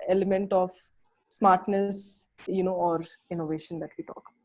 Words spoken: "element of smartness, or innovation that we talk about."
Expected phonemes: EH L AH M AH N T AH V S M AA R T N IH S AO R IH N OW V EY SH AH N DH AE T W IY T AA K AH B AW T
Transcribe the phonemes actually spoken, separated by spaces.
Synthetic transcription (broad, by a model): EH L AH M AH N T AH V S M AA R T N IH S AO R IH N OW V EY SH AH N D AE T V IY T AA K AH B